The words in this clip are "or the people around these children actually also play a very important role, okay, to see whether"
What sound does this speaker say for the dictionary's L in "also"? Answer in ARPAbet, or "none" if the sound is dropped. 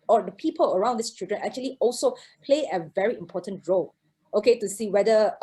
L